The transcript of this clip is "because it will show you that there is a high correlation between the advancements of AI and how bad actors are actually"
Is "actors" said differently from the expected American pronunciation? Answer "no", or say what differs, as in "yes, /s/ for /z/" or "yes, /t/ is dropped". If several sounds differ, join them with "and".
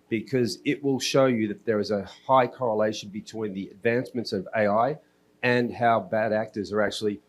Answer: no